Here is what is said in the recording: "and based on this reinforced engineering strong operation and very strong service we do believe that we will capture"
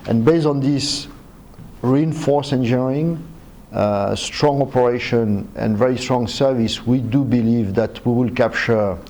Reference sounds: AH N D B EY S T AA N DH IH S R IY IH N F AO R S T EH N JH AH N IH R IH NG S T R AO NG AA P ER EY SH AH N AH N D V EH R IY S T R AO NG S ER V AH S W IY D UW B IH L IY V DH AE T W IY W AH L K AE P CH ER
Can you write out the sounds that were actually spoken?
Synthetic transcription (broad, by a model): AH N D B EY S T AA N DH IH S R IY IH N F AO R S EH N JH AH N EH R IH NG S T R AO NG AA P ER EY SH AH N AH N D V EH R IY S T R AO NG S ER V AH S W IY D UW B IH L IY V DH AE T W IY W AH L K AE P CH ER